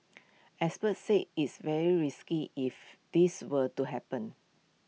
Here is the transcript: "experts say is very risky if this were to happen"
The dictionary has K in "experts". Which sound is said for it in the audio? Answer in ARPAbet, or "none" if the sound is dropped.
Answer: none